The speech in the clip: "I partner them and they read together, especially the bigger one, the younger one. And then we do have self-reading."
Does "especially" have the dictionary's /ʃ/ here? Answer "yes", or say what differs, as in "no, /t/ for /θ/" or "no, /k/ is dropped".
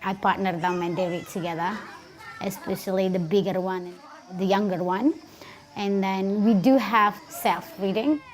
yes